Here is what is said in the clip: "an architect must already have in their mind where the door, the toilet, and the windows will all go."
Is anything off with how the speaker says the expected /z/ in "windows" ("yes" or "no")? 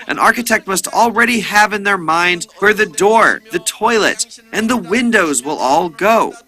no